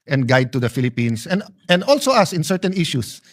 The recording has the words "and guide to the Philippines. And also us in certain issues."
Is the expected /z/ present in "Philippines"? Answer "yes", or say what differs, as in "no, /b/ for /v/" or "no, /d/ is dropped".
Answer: no, /s/ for /z/